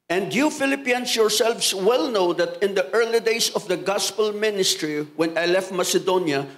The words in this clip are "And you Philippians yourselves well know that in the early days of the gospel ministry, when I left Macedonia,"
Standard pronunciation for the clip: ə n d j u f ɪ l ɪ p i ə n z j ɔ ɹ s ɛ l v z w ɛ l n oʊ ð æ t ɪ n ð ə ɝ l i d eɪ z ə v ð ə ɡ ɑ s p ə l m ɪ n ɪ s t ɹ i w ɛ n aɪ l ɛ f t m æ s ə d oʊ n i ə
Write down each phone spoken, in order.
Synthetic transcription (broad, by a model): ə n d j u f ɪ l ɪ p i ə n s j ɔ ɹ s ɛ l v s w ɛ l n oʊ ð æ t ɪ n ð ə ɝ l i d eɪ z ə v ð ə ɡ ɑ s p ə l m ɪ n ɪ s t ɹ i w ɛ n aɪ l ɛ f t m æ s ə d oʊ n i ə